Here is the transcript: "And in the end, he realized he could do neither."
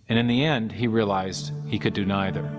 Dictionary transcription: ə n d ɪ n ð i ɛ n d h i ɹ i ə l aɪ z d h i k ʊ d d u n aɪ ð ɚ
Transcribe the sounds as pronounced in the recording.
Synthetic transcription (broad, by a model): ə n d ɪ n ð i ɛ n d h i ɹ i ə l aɪ z d h i k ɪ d d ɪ n aɪ ð ɚ